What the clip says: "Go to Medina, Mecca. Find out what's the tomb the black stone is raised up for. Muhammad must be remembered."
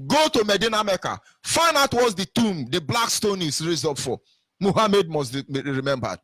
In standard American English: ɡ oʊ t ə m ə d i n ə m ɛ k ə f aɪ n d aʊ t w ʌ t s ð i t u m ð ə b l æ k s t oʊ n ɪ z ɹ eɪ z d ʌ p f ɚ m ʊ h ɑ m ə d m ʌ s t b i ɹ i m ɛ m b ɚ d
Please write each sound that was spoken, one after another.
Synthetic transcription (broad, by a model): ɡ oʊ t ə m ə d i n ə m ɛ k ə f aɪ n aʊ t w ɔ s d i t u m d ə b l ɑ k s t oʊ n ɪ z ɹ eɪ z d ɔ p f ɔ m ʊ h ɑ m ə d m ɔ s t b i ɹ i m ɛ m b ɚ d